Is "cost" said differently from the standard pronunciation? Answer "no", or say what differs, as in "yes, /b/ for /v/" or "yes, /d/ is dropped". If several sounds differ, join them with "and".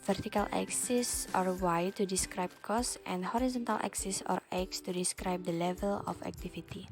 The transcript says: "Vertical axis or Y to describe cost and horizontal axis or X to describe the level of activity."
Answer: no